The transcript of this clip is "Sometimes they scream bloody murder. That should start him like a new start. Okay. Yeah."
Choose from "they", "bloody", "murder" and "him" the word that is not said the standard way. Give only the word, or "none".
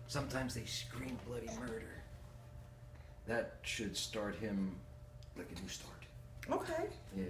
none